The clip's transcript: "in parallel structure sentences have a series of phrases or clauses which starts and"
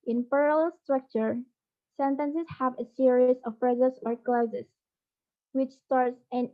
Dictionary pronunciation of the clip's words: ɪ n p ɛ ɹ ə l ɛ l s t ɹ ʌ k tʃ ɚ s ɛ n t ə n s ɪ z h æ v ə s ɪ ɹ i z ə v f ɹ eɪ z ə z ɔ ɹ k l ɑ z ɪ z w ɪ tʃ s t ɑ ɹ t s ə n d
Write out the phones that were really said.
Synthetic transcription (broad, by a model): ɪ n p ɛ ɹ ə l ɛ l s t ɹ ʌ k tʃ ɚ s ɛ n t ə n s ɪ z h æ v ə s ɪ ɹ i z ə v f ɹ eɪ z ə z ɔ ɹ k l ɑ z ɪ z w ɪ tʃ s t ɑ ɹ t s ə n